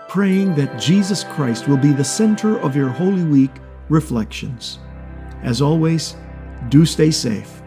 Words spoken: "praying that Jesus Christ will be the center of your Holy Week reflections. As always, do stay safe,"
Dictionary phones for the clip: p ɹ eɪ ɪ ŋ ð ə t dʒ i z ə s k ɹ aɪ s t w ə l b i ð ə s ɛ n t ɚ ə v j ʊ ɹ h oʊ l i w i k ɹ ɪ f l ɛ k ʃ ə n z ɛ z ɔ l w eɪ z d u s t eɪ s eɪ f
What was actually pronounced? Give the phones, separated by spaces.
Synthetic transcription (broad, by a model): p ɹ eɪ ɪ ŋ ð ə t dʒ i z ə s k ɹ aɪ s t w ə l b i ð ə s ɛ n t ɚ ə v j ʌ ɹ h oʊ l i w i k ɹ ɪ f l ɛ k ʃ ə n z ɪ z ɔ l w eɪ z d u s t eɪ s eɪ f